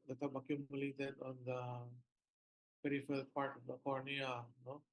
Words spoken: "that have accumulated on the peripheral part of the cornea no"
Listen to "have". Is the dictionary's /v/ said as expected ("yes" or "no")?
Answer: no